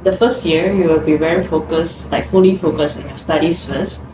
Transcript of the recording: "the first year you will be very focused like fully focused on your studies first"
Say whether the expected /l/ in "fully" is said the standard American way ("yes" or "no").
no